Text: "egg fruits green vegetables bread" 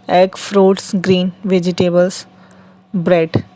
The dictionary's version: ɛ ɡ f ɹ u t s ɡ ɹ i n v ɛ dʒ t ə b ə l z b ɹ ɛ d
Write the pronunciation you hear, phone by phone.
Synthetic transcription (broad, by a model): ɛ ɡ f ɹ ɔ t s ɡ ɹ i n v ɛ dʒ t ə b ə l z b ɹ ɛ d